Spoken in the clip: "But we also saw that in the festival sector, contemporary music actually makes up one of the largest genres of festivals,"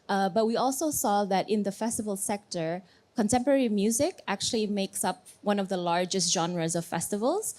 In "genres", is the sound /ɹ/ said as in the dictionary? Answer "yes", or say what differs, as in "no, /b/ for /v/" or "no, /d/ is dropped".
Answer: yes